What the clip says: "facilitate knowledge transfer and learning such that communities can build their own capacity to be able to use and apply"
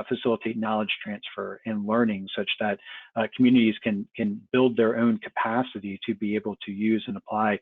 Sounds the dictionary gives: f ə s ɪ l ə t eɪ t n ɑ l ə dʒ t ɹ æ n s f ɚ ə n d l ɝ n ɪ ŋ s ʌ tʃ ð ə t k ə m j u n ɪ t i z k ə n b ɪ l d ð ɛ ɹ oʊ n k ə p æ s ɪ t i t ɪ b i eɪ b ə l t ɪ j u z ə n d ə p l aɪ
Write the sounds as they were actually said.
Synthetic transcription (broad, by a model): f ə s ɪ l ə t eɪ t n ɑ l ə dʒ t ɹ æ n s f ɚ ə n l ɝ n ɪ ŋ s ʌ tʃ ð ə t k m j u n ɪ t i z k ə n b ɪ l d ð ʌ ɹ oʊ n k ə p æ s ɪ t i t ɪ b i eɪ b l t ɪ j u z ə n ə p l aɪ